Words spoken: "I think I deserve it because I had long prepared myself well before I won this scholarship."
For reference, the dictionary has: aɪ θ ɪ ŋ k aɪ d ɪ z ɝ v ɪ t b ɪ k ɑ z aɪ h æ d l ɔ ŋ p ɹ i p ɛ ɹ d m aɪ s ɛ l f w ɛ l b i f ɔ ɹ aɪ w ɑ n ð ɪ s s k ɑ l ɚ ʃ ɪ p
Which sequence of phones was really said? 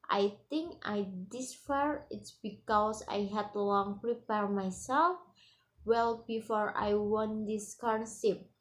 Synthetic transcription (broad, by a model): aɪ t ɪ ŋ k aɪ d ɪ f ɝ ɪ t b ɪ k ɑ s aɪ h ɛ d l ɔ ŋ p ɹ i p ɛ ɹ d m aɪ s ɛ l f w ɛ l b i f ɔ ɹ aɪ w ɑ n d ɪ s s k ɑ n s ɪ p